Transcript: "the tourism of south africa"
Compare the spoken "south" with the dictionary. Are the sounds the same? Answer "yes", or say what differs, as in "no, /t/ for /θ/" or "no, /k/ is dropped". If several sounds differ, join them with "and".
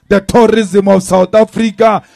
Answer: no, /t/ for /θ/